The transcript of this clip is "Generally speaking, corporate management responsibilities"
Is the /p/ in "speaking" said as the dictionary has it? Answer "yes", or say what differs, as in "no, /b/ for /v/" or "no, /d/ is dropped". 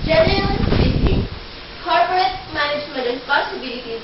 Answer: no, /p/ is dropped